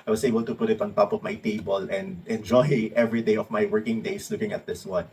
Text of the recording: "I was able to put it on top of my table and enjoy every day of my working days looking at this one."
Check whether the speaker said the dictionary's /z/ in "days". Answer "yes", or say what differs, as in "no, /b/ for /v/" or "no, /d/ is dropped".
no, /s/ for /z/